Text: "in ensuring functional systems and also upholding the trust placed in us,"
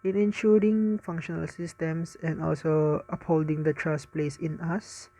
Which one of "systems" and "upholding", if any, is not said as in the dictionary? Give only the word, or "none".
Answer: systems